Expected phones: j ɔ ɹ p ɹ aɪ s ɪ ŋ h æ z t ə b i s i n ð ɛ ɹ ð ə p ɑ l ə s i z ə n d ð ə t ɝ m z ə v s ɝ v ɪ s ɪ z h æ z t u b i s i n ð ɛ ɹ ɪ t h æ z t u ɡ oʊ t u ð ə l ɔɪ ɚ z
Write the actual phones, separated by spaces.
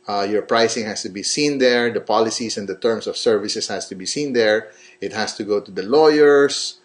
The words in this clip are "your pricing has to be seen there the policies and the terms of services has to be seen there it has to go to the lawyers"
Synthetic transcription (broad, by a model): j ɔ ɹ p ɹ aɪ s ɪ ŋ h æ s t ə b i s i n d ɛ ɹ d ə p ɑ l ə s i s ə n d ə t ɝ m s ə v s ɝ v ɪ s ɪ s h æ s t u b i s i n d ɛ ɹ ɪ t h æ s t u ɡ oʊ t u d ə l ɔɪ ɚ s